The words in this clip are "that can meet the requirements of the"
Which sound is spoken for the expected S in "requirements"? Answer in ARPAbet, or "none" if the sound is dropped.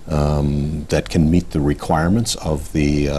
S